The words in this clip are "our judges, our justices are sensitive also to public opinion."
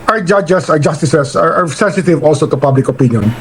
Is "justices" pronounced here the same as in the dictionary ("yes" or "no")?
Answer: no